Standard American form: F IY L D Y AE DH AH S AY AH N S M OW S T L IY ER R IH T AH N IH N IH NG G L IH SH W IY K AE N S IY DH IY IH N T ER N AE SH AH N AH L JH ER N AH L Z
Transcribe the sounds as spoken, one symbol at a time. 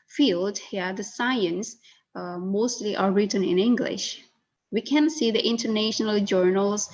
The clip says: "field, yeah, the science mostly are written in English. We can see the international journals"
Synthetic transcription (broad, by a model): F IY L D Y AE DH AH S AY AH N S M OW S T L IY ER R IH T AH N IH N IH NG G L IH SH W IY K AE N S IY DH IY IH N T ER N AE SH AH N AH L JH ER N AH L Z